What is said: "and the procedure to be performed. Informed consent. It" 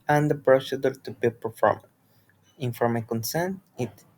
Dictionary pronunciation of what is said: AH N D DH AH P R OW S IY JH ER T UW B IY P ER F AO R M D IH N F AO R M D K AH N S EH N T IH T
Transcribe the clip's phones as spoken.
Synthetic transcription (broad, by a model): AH N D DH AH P R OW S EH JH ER T UW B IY P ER F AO R M IH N F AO M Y K AH N S EH N T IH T